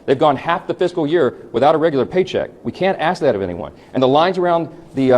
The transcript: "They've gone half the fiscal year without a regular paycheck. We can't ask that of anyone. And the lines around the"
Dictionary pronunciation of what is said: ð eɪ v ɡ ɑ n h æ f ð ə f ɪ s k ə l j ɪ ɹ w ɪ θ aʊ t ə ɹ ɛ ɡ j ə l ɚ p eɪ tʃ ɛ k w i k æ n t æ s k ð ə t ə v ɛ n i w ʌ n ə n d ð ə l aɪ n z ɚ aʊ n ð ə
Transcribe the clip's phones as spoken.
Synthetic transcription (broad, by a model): ð eɪ v ɡ ɑ n h æ f ð ə f ɪ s k l j ɪ ɹ w ɪ θ aʊ t ə ɹ ɛ ɡ j l ɚ p eɪ tʃ ɛ k w i k æ n t æ s k ð ə t ə v ɛ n i w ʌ n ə n ð ə l aɪ n z ɚ aʊ n ð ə